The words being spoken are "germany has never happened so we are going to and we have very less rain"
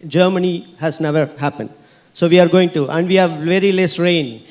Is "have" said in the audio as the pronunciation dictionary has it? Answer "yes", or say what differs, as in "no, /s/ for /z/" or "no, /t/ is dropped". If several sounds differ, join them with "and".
yes